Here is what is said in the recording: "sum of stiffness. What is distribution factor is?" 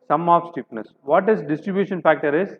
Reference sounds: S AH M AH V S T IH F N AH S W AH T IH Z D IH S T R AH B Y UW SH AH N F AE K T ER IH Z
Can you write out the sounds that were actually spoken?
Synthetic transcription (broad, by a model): S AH M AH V S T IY P N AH S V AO T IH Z D IH S T R AH B Y UW SH AH N F AE K T ER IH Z